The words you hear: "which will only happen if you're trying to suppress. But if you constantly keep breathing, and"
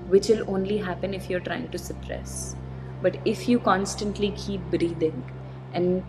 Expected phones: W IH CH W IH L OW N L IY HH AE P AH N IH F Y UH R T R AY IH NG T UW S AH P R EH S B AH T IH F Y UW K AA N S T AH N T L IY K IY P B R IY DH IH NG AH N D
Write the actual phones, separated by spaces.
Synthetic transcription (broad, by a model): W IH CH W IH L OW N L IY HH AE P AH N IH F Y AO R T R AY IH NG T UW S AH P R EH S B AH T IH F Y UW K AA N S T AH N T L IY K IY P B R IY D IH NG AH N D